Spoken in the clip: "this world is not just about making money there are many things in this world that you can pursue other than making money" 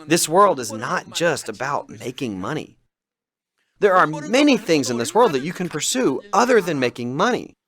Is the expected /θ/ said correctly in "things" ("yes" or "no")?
yes